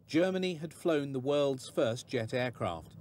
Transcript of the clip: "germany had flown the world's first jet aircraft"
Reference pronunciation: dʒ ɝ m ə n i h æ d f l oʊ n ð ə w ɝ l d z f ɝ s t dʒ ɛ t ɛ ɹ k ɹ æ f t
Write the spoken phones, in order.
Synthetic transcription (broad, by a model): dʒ ɝ m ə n i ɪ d f l oʊ n ð ə w ɝ l d z f ɝ s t dʒ ɛ t ɛ ɹ k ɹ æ f t